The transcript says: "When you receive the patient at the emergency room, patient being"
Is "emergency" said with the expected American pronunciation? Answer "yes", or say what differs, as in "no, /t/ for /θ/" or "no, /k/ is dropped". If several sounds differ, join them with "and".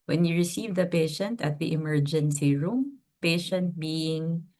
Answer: yes